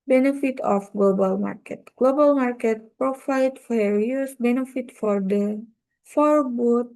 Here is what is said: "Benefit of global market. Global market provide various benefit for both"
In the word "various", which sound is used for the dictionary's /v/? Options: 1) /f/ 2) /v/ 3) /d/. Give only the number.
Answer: 1